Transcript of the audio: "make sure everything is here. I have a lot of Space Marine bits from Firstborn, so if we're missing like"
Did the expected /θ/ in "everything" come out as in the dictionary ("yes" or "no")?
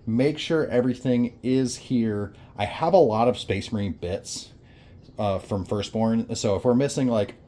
yes